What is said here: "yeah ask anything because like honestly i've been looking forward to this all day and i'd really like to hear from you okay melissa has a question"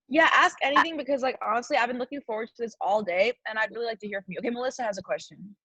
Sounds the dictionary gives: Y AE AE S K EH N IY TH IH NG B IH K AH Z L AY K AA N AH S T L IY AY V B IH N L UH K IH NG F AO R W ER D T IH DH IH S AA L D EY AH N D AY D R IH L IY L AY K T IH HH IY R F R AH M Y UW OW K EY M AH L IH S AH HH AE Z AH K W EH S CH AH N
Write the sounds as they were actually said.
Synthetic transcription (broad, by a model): Y AE AE S K EH N IY TH IH NG B IH K AH Z L AY K AA N AH S T L IY AY V B IH N L UH K IH NG F AO R W ER D T IH DH IH S AA L D EY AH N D AY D R IH L IY L AY K T IH HH IY R F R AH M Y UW OW K EY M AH L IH S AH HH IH Z AH K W EH S CH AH N